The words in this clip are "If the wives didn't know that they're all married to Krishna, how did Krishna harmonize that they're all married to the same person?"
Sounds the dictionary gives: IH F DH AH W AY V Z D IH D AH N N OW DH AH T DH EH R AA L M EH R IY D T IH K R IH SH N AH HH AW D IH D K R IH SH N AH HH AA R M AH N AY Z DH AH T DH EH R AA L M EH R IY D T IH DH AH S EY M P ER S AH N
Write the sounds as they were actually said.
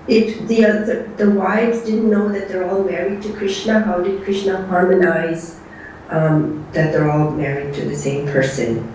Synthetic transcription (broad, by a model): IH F DH AH W AY V Z D IH D N N OW DH AH T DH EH R AA L M EH R IY D T IH K R IH SH N AH HH AW D IH D K R IH SH N AH HH AA R M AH N AY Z DH AH T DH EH R AA L M EH R IY D T IH DH AH S EY M P ER S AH N